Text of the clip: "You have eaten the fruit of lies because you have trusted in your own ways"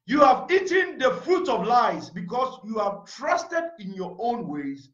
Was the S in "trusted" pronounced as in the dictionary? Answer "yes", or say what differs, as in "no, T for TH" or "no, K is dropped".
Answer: yes